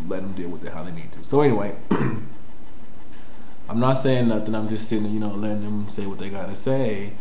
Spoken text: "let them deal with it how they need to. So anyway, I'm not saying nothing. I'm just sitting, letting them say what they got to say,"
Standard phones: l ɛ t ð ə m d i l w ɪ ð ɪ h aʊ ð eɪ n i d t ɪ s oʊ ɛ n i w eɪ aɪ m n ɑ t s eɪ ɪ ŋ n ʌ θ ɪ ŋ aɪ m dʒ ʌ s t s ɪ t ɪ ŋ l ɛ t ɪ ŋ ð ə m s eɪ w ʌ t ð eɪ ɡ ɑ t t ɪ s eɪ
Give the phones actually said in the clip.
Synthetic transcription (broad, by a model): l ɛ t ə m d i l w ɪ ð ɪ h aʊ ð eɪ n i d t ɪ s oʊ ɛ n i w eɪ aɪ m n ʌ t s eɪ ɪ ŋ n ʌ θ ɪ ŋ aɪ m dʒ ʌ s t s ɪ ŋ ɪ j l ɛ t ɪ ŋ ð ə m s eɪ w ʌ t ð eɪ ɡ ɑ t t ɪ s eɪ